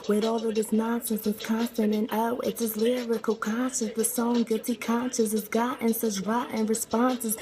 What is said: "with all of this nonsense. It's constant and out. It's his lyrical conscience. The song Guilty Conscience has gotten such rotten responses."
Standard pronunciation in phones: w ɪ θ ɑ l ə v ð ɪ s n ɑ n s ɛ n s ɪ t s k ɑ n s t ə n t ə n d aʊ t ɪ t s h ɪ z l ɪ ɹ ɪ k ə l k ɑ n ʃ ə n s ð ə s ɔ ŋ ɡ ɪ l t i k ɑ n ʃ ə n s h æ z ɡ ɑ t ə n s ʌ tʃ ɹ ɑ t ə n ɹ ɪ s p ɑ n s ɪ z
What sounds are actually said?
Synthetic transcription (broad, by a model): w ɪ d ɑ l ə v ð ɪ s n ɑ n s ɛ n s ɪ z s k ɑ n s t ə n ə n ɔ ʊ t ɪ t s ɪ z l ɪ ɹ ɪ k ə l k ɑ n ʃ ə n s ð ə s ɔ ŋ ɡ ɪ t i k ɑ n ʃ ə s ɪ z ɡ ɑ t ə n s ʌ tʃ ɹ ɑ t ə n ɹ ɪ s p ɑ n s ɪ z